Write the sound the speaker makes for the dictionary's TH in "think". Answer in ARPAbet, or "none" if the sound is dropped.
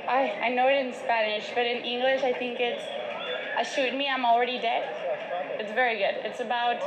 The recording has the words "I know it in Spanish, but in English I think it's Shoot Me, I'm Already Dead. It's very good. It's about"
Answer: TH